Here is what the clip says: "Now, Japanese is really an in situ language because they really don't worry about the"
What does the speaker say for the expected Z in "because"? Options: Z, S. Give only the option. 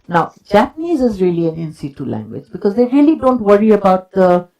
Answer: Z